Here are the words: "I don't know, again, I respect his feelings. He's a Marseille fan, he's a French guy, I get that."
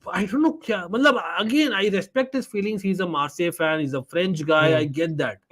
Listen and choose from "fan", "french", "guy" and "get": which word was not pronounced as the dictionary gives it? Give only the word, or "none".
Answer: none